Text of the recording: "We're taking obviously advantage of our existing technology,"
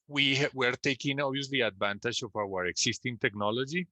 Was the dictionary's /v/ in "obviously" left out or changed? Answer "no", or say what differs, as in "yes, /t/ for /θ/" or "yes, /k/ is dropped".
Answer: yes, /v/ is dropped